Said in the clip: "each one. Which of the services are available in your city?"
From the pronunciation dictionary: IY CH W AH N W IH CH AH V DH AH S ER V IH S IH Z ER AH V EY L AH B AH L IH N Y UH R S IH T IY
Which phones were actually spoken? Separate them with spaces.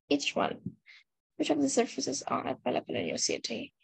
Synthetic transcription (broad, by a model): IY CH W AH N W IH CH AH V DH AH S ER F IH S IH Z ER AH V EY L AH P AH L IH N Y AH S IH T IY